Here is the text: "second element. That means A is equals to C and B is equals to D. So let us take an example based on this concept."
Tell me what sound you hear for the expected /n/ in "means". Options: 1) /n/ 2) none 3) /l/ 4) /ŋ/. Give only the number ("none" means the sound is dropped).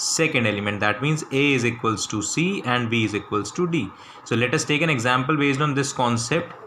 1